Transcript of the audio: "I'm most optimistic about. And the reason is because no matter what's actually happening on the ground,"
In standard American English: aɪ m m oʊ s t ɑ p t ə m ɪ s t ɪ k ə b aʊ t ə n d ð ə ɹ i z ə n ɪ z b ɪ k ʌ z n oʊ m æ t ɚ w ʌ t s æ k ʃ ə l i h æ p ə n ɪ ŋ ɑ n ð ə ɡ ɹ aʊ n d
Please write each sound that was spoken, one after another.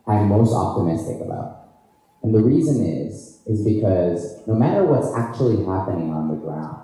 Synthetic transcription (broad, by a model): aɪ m m oʊ s t ɑ p t ə m ɪ s t ɪ k ə b aʊ t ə n ð ə ɹ i z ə n ɪ z b ɪ k ʌ z n oʊ m æ t ɚ w ʌ t s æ k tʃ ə l i h æ p ə n ɪ ŋ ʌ n ð ə ɡ ɹ aʊ n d